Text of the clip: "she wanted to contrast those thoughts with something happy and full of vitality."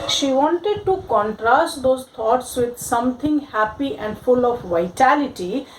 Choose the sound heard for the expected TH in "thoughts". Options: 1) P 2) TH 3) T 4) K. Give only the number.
3